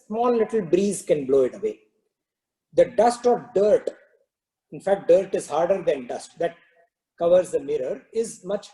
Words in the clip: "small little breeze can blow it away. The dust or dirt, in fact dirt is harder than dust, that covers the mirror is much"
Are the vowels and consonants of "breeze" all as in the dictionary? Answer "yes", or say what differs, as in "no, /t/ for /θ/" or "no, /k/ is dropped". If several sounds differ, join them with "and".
yes